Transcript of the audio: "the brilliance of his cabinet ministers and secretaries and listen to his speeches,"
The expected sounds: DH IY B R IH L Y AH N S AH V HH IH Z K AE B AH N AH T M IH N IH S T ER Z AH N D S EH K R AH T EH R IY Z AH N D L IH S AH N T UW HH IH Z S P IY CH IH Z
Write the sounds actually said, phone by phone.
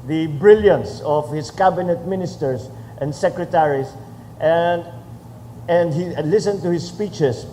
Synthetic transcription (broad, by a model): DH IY B R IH L Y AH N S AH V HH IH S K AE B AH N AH T M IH N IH S T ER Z AH N D S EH K R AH T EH R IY S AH N D L IH S AH N T UW HH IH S P IY CH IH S